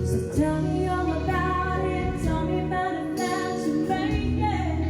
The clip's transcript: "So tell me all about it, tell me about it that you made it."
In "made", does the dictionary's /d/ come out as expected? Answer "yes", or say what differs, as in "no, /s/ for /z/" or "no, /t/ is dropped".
no, /d/ is dropped